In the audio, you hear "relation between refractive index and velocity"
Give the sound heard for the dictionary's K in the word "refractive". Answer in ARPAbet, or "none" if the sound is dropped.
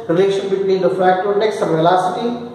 none